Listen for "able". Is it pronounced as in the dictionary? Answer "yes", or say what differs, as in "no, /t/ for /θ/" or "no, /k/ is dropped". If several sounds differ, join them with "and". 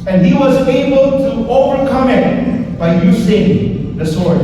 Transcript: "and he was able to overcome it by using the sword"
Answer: yes